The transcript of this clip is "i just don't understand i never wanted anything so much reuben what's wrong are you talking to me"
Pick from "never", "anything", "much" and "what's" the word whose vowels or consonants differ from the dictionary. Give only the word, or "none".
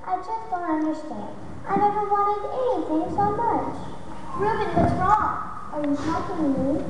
what's